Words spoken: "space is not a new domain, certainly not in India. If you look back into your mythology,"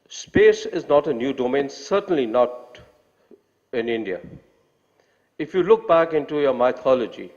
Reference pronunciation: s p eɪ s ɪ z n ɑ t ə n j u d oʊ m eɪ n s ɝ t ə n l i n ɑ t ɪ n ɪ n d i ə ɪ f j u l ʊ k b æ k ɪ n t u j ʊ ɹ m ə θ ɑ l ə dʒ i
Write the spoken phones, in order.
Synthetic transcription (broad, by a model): s p eɪ s ɪ z n ɑ t ə n j u d oʊ m eɪ n s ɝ t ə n l i n ɑ t ɪ n ɪ n d i ə ɪ f j u l ʊ k b æ k ɪ n t u j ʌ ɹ m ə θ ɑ l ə dʒ i